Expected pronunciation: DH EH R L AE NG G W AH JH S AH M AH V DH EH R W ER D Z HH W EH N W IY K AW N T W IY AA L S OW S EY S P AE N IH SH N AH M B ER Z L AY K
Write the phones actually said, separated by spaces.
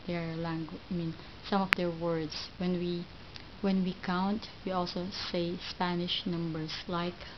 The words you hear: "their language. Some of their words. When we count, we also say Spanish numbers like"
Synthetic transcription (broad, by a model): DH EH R L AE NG G W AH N S AH M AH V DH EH R W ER D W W W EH N W IY K AW N T W IY AA L S OW S EY S P AE N IH SH N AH M B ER S L AY K